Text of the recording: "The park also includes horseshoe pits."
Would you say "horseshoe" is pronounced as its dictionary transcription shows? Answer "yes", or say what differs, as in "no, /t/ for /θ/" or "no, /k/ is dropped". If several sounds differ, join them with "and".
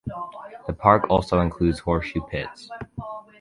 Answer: no, /s/ is dropped